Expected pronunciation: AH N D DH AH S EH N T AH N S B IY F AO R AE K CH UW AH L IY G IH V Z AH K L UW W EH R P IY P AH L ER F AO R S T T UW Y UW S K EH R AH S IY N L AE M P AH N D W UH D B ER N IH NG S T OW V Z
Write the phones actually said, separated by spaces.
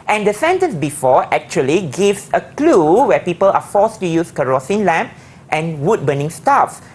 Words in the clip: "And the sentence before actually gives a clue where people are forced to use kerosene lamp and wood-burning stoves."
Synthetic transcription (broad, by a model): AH N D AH S EH N T AH N S B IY F AO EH K CH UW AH L IY G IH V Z AH K L UW W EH P IY P AH L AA F AO S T T UW Y UW S K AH R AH S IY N L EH M P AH N W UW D B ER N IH NG S T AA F